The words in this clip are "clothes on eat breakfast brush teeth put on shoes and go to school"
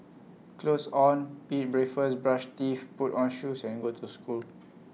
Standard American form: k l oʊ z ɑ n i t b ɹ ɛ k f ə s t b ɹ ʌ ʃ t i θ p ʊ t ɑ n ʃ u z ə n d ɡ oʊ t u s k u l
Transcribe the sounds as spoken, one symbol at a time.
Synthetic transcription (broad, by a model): k l oʊ s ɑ n i t b ɹ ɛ f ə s b ɹ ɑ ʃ t i f p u t ɑ n ʃ u s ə n ɡ oʊ t u s k u l